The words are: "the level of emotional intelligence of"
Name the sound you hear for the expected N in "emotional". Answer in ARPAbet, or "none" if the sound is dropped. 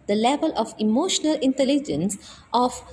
N